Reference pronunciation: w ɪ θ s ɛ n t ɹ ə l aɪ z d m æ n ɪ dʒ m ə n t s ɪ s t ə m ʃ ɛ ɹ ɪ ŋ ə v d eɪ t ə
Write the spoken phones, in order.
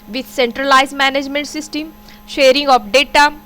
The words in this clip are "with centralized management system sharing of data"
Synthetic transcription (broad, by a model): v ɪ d s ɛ n t ɹ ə l aɪ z m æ n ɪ dʒ m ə n t s ɪ s t ə m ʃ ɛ ɹ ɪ ŋ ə p d eɪ t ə